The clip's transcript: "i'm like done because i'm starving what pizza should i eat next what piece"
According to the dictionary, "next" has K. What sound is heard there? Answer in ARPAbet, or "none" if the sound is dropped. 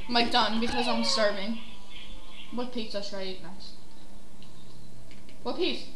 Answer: none